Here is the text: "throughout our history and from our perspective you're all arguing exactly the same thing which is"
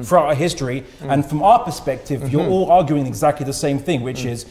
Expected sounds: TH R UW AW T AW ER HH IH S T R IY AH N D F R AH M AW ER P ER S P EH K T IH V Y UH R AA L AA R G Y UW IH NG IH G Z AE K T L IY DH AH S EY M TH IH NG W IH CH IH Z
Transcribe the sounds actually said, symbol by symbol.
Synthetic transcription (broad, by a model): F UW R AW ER HH IH S T R IY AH N F R AH M AW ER P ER S P EH K T IH V Y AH R AA L AA R G Y UW IH NG IH G Z AE K T L IY DH AH S EY M TH IH NG W IH CH IH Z